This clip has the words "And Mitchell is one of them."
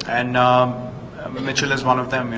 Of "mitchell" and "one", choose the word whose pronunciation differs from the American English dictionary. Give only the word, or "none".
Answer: none